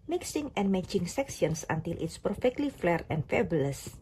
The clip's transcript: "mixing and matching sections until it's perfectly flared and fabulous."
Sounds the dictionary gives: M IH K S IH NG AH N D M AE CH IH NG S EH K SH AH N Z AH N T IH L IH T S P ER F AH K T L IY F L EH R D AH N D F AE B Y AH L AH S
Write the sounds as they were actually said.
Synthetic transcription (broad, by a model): M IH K S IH NG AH N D M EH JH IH NG S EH K S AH N S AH N T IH L IH T S P ER F AH K T L IY F L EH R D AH N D F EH B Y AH L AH S